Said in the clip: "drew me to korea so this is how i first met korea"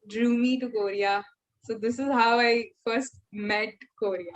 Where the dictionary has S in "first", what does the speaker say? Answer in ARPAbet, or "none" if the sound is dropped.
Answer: S